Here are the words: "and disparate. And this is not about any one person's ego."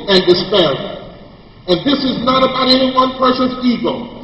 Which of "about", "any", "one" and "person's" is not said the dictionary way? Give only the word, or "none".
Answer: person's